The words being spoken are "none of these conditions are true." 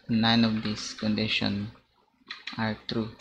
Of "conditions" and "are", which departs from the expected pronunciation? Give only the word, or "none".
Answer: conditions